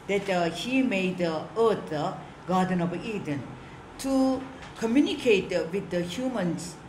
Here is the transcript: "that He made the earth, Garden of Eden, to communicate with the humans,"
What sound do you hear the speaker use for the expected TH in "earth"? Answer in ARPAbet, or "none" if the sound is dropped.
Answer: T